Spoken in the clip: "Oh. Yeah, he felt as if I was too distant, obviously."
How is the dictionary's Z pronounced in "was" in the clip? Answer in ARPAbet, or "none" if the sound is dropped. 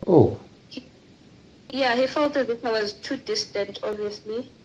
Z